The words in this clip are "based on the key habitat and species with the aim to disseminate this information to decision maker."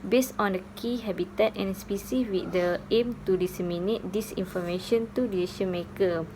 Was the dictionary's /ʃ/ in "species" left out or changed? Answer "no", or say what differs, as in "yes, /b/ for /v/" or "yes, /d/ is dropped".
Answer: yes, /s/ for /ʃ/